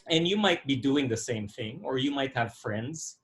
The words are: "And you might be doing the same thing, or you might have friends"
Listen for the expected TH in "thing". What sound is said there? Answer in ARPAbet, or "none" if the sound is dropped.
TH